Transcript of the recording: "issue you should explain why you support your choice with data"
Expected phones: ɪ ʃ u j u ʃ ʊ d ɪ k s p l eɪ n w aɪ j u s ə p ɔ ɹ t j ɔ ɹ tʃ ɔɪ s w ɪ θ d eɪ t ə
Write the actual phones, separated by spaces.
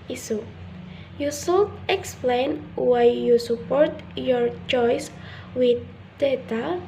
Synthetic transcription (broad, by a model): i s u j u s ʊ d ɪ k s p l eɪ n w aɪ j u s ə p ɔ ɹ t j ɔ ɹ tʃ ɔɪ s w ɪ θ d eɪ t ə